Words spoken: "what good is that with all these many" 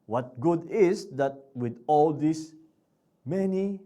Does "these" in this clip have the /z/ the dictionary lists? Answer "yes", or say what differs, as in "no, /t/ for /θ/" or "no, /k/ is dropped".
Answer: no, /s/ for /z/